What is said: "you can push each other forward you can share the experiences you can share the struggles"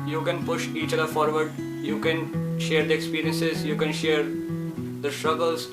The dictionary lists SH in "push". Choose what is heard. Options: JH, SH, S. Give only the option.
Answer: SH